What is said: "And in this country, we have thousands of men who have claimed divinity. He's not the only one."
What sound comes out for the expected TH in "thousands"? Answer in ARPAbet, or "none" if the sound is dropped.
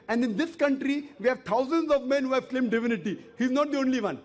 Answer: T